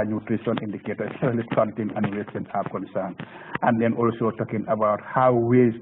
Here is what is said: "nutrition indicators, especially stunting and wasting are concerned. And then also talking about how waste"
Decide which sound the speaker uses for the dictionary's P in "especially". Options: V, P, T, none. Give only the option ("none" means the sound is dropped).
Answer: none